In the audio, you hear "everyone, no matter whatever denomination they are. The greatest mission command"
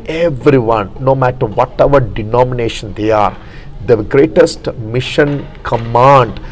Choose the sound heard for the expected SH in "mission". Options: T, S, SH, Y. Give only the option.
SH